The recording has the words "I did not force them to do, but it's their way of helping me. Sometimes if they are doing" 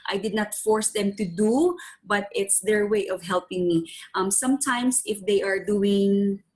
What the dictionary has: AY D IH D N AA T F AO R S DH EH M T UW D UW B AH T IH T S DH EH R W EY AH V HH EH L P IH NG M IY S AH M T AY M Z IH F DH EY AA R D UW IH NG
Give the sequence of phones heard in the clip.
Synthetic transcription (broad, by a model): AY D IH D N AA T F AO R S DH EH M T UW D UW B AH T IH T S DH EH R W EY AH V HH EH L P IH NG M IY S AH M T AY M S IH F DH EY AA R D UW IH NG